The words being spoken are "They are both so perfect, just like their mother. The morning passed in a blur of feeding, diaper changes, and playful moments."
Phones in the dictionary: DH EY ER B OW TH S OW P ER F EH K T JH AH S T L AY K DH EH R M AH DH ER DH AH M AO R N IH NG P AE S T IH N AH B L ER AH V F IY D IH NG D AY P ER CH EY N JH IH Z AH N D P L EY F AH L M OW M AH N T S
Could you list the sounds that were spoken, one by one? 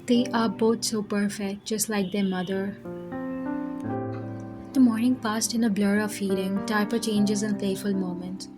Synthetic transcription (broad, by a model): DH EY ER B OW T S OW P ER F EH K T JH AH S T L AY K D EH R M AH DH ER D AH M AO R N IH NG P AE S T IH N AH B L ER AH V F IY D IH NG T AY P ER CH EY N JH IH Z AH N D P L EY F AH L M OW M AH N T